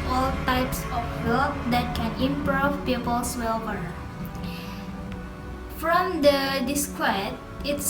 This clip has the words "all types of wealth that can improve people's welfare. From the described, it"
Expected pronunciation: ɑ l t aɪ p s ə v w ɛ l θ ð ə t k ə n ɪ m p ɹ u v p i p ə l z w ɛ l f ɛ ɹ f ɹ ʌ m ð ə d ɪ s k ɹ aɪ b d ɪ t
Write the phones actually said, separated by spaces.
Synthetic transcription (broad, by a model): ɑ l t aɪ p s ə f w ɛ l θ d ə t k ə n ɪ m p ɹ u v p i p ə l s w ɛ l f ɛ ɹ f ɹ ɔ m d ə d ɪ s k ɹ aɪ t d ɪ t